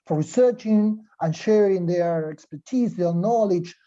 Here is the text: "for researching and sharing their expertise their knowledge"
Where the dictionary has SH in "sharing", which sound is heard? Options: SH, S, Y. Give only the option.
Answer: SH